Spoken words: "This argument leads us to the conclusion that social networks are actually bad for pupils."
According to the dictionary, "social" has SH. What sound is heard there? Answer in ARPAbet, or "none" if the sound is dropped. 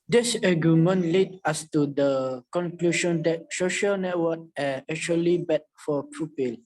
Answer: SH